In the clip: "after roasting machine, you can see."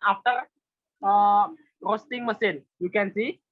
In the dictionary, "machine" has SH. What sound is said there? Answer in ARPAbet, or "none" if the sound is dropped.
S